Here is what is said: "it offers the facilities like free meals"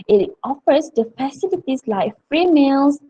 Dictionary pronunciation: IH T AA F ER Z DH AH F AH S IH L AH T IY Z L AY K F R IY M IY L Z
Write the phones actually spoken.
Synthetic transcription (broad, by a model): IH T AA F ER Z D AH F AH S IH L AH T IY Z L AY K F R IY M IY L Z